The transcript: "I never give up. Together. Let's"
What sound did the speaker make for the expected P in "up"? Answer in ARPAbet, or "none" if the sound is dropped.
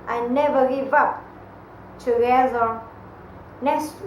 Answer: P